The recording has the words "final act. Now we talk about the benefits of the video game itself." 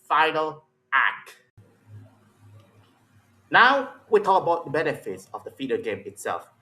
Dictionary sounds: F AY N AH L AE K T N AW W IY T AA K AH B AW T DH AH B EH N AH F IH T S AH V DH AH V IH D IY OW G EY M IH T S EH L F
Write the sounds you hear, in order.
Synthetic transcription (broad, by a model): F AY N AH L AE K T N AW W IY T AA K AH B AW T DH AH B EH N AH F IH T S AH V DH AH F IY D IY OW G EY M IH T S EH L F